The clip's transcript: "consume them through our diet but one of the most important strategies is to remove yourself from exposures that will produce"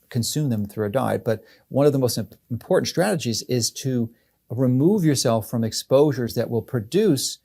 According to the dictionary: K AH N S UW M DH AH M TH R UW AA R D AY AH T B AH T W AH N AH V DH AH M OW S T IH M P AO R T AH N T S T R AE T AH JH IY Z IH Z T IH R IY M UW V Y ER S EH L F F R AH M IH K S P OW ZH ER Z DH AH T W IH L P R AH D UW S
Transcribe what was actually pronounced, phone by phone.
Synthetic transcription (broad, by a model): K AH N S UW M DH AH M TH R UW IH D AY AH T B AH T W AH N AH V DH AH M OW S T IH M P AO R T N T S T R AE T AH JH IY Z IH Z T IH R IY M UW V Y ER S EH L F F R AH M IH K S P OW ZH ER Z DH AH T W IH L P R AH D UW S